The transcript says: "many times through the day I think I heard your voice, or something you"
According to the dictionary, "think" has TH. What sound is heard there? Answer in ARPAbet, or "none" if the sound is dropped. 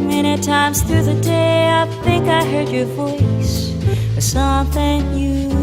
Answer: TH